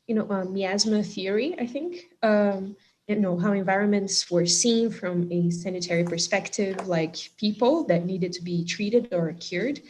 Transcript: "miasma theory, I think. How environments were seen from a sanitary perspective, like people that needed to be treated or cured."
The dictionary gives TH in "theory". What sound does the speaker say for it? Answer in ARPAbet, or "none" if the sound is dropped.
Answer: TH